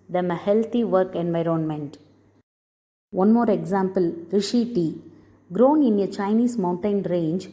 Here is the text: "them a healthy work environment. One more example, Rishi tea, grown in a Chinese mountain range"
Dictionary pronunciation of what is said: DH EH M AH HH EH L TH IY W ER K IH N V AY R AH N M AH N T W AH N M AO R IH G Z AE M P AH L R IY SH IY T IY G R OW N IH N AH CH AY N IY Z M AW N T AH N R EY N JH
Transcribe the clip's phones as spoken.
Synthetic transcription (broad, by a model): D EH M AH HH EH L T IY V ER K IH N V AY R AH N M AH N T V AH N M AO R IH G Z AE M P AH L R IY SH IY T IY G R OW N IH N AH CH AY N IY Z M AW N T AH N R EY N JH